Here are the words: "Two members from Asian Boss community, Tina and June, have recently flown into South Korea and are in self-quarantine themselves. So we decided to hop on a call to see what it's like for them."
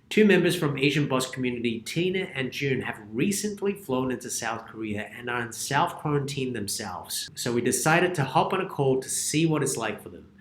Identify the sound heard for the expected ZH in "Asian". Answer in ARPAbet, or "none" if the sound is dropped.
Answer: ZH